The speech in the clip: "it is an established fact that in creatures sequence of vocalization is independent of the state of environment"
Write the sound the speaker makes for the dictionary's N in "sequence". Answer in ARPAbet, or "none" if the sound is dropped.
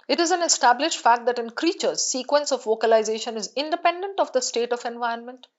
N